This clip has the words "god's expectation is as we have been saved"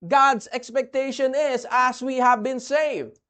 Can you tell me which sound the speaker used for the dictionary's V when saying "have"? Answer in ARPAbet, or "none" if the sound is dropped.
V